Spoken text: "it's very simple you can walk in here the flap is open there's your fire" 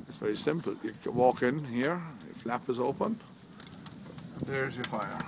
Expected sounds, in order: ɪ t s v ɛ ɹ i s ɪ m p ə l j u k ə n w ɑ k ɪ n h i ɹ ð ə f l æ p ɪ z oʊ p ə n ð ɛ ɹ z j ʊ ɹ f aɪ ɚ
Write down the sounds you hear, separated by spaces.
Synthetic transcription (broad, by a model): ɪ t s v ɛ ɹ i s ɪ m p ə l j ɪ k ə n w ɑ k ɪ n h i ɹ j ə f l æ p ɪ z oʊ p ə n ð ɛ ɹ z j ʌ ɹ f aɪ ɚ